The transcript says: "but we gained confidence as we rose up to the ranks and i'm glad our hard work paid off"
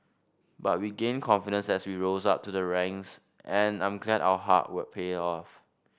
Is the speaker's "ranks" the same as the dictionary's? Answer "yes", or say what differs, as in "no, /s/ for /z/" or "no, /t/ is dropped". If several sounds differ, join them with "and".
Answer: no, /k/ is dropped